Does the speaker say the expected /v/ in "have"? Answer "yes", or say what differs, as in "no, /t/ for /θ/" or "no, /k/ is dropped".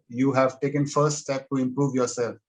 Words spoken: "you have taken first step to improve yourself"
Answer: yes